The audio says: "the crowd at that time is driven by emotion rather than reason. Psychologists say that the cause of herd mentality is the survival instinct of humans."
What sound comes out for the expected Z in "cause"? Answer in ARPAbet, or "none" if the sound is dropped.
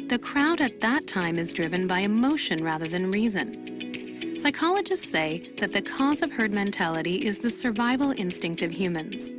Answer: Z